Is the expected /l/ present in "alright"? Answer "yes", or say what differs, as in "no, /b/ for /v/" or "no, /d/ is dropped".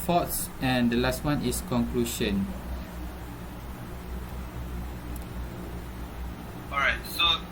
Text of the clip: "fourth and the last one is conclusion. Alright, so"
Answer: no, /l/ is dropped